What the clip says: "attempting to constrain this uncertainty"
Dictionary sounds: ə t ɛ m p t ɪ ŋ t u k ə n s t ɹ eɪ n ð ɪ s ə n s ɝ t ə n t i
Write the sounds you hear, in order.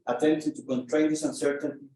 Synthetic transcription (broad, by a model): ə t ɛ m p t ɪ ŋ t u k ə n t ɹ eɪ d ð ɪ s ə n s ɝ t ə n